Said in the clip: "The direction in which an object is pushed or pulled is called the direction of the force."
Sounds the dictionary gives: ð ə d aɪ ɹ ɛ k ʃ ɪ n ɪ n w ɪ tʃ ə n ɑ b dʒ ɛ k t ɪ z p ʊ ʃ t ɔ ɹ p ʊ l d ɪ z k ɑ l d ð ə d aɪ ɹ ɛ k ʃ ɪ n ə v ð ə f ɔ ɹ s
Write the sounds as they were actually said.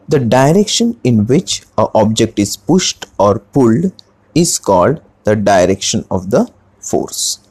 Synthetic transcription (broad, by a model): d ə d aɪ ɹ ɛ k ʃ ɪ n ɪ n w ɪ tʃ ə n ɑ b dʒ ɛ k t ɪ z p ʊ ʃ t ɔ ɹ p ʊ l d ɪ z k ɑ l d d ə d aɪ ɹ ɛ k ʃ ɪ n ə v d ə f ɔ ɹ s